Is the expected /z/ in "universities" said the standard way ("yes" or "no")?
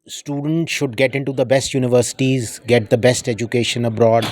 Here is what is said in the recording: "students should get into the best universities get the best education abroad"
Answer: yes